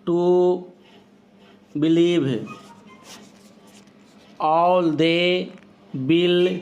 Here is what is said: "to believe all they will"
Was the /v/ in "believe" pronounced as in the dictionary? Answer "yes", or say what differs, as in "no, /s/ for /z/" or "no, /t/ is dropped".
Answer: no, /b/ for /v/